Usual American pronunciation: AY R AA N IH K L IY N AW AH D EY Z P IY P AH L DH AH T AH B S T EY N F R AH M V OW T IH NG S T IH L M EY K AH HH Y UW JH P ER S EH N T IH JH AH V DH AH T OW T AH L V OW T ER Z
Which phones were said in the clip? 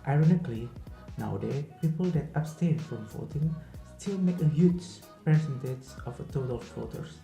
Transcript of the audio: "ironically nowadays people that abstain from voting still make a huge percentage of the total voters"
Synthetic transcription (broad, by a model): AY R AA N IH K L IY N AW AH D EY P IY P AH L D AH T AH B S T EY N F R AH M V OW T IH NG S T IH L M EY K AH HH Y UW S P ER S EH N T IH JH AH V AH T OW T AH L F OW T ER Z